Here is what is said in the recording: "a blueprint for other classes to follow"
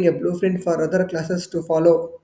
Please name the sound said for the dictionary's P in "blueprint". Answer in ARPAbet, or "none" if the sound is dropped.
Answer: F